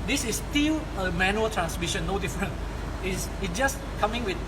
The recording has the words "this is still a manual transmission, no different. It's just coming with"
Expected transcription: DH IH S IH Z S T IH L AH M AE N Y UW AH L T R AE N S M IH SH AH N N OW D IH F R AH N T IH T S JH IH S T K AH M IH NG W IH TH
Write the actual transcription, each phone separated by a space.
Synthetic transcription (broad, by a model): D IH S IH S T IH L AH M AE N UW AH L T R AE N S M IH SH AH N N OW D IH F R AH N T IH S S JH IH S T K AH M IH NG W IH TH